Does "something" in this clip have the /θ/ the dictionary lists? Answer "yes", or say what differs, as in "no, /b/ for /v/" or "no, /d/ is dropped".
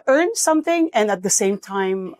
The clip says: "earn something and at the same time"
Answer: yes